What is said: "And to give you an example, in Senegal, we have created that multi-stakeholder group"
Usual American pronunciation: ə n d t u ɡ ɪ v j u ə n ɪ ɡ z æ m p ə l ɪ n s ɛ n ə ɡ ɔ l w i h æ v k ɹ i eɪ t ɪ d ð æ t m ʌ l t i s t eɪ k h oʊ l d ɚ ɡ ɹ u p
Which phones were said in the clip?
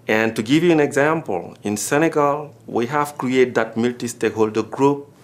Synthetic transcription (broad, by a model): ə n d t u ɡ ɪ v j u ə n ɪ ɡ z æ m p ə l ɪ n s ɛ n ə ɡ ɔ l w i h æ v k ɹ i eɪ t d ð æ t m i l t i s t eɪ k h oʊ l d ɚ ɡ ɹ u p